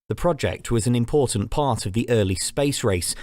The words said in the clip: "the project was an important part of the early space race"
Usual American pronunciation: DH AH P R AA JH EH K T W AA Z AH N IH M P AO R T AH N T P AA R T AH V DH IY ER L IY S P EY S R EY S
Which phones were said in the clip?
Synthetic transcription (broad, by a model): DH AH P R AA JH EH K T W AA Z AH N IH M P AO T N P AA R T AH V DH IY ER L IY S P EY S R EY S